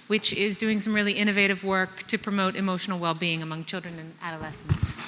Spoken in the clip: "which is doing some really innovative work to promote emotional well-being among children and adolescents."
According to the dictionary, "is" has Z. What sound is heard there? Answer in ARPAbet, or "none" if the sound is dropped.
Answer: Z